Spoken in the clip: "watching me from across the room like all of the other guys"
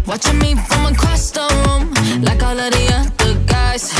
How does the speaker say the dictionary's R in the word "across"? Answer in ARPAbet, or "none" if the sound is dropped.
none